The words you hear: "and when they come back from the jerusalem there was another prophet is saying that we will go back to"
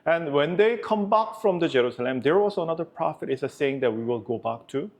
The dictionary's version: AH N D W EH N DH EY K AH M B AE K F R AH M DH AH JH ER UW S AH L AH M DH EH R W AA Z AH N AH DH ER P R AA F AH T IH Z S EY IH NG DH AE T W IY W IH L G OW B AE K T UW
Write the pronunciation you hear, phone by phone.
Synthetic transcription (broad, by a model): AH N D W EH N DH EY K AH M B AE K F R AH M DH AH JH ER UW S AH L AH M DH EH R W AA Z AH N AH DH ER P R AA F AH T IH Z S EY IH NG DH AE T W IY W IH L G OW B AE K T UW